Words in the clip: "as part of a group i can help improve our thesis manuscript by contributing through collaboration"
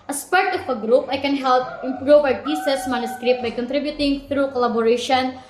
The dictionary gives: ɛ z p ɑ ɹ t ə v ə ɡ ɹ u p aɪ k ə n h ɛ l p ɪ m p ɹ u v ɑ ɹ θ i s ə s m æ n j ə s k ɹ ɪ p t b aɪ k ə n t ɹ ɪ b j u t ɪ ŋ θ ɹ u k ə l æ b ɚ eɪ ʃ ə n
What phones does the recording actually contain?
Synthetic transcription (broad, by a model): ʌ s p ɑ ɹ t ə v ə ɡ ɹ u p aɪ k ə n h ɛ l p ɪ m p ɹ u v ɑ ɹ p i s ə s m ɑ n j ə s k ɹ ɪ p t b aɪ k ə n t ɹ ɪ b j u t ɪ ŋ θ ɹ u k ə l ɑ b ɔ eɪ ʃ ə n